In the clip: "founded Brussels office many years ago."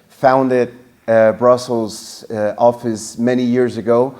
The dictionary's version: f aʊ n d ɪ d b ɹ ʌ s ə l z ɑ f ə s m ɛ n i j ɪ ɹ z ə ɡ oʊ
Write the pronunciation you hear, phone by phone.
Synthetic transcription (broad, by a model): f aʊ n d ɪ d b ɹ ʌ s l z ɑ f ə s m ɛ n i j ɪ ɹ z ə ɡ oʊ